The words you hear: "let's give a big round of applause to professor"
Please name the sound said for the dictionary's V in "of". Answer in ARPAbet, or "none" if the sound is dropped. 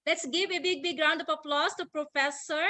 P